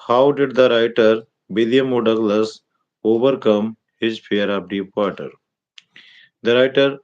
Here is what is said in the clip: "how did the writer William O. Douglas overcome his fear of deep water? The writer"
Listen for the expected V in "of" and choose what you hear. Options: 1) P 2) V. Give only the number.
1